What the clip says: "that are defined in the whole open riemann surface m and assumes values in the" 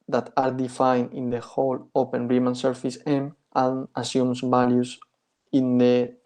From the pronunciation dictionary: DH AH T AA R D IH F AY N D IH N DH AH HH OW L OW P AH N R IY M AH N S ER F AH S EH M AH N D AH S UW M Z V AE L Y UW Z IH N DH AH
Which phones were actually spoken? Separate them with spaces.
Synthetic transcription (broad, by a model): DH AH T AA R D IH F AY N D IH N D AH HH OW L OW P AH N R IY M AH N S ER F AH S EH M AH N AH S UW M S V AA L Y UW S IH N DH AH